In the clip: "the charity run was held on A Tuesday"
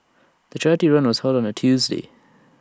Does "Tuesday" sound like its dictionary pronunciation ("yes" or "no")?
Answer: yes